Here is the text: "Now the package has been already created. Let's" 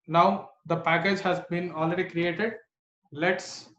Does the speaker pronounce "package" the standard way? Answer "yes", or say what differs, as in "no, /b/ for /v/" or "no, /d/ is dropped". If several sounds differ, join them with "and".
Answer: yes